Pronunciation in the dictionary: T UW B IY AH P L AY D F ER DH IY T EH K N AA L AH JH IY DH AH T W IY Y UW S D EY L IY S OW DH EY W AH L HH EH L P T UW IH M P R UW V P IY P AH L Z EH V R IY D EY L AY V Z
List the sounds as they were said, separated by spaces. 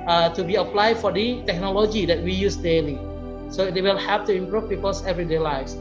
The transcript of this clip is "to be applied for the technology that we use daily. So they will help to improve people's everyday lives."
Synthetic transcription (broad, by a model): T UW B IY AH P L AY D F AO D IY T EH K N AA L AH JH IY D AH T W IY Y UW S D EY L IY S OW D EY W AH L HH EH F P T UW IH M P R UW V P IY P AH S EH V R IY D EY L AY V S